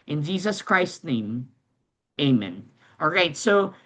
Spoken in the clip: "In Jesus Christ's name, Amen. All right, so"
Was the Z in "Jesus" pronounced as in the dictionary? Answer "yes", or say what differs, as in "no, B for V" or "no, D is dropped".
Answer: yes